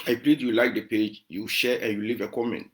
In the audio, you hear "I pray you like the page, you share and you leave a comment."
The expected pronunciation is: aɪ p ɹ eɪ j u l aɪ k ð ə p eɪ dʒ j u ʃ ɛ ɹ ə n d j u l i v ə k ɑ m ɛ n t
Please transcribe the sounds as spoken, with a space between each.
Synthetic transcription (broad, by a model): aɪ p l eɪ j u l aɪ k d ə p eɪ dʒ j u ʃ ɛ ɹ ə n j u l i v ə k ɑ m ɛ n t